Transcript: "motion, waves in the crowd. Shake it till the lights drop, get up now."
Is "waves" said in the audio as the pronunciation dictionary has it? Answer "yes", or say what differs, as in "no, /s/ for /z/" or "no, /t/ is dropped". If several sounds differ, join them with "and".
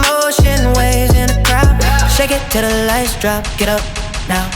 no, /v/ is dropped